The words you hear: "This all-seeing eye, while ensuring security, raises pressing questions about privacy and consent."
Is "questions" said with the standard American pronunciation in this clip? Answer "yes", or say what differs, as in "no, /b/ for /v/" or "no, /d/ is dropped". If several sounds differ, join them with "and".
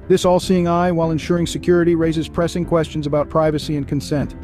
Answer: yes